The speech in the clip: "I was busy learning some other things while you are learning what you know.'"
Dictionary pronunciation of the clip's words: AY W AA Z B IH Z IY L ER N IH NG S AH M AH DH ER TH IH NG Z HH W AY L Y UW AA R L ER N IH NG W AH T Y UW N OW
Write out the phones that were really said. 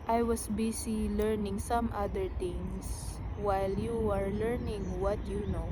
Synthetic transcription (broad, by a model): AY W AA S B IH S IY L ER N IH NG S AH M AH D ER T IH NG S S W AY L Y UW AA R L ER N IH NG W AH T Y UW N OW